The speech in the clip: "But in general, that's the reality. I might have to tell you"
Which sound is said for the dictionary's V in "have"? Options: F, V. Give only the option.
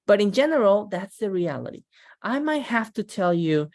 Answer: F